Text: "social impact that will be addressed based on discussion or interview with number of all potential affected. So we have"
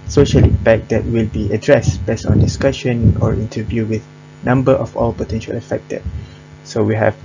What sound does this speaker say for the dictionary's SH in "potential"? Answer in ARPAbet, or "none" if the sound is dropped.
SH